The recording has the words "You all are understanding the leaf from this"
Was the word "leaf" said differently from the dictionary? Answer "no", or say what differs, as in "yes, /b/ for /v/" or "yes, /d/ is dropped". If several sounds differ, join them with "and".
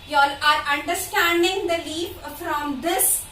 yes, /p/ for /f/